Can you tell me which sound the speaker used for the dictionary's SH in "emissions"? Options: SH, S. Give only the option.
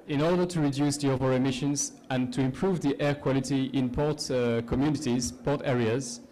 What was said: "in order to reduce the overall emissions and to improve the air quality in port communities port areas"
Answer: SH